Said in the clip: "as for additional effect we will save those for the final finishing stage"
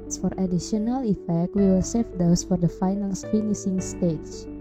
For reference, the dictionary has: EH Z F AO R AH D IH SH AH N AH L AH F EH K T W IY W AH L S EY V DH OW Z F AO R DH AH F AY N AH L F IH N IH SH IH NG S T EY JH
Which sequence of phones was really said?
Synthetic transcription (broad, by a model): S F AO R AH D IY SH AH N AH L AH F EH K T W IY W AH L S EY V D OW S F AO R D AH F AY N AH L F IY N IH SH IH NG S T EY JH